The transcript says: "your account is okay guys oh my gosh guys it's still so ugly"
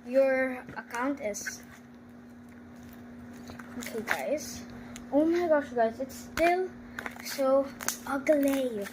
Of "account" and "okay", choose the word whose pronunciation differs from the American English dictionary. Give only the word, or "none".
none